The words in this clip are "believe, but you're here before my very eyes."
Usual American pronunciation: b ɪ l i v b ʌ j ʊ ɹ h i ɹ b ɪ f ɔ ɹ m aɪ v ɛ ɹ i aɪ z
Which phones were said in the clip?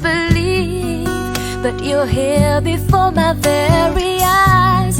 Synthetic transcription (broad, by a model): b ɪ l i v b ʌ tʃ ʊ l h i l b ɪ f ɔ ɹ m aɪ v ɛ ɹ i aɪ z